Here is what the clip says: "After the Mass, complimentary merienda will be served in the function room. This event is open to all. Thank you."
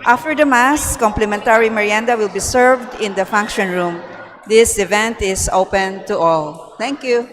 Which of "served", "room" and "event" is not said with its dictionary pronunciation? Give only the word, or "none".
none